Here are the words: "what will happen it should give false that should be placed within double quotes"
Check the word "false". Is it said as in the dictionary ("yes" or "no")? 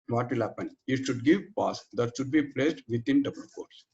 no